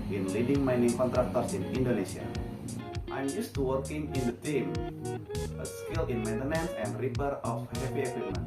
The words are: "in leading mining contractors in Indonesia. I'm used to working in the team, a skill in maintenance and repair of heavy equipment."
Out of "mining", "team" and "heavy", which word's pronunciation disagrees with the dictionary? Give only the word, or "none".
heavy